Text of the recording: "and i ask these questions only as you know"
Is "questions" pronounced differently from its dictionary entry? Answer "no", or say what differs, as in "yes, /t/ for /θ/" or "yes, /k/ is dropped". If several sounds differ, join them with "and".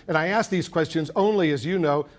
no